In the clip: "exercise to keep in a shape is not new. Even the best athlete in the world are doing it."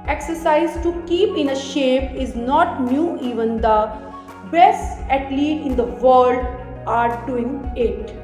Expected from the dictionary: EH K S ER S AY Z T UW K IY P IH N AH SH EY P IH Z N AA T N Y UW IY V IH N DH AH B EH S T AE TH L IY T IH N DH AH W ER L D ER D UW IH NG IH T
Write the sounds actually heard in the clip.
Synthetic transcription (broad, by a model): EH K S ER S AY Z T UW K IY P IH N AH SH EY P IH Z N AA T N Y UW IY V IH N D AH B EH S AE T L IY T IH N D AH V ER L D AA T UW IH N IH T